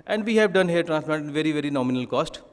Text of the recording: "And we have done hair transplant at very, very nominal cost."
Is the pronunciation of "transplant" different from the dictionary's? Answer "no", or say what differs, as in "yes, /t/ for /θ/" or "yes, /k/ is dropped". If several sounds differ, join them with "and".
yes, /l/ is dropped and /n/ is dropped